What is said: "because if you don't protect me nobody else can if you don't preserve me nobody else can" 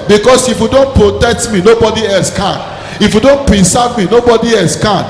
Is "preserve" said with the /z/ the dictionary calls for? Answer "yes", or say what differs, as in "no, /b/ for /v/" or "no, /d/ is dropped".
no, /s/ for /z/